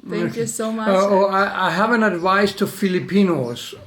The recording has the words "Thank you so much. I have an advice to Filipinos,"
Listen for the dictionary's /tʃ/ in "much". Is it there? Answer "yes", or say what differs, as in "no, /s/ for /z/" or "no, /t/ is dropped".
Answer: no, /tʃ/ is dropped